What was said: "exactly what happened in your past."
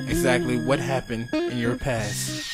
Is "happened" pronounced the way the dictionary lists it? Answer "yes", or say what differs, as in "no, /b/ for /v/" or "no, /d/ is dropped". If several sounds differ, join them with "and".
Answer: yes